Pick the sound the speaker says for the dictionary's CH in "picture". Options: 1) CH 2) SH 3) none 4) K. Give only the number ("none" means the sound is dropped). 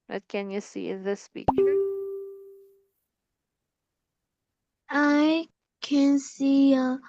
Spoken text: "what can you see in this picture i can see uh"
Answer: 3